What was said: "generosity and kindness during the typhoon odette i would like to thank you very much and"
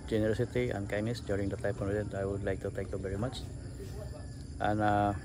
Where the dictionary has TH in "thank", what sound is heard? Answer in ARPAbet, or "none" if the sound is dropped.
T